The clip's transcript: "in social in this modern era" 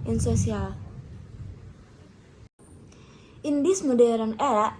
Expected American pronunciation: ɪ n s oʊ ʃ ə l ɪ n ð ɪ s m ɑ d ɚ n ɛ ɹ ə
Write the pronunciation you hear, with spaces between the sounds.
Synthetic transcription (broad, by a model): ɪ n s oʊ s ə l ɪ n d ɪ s m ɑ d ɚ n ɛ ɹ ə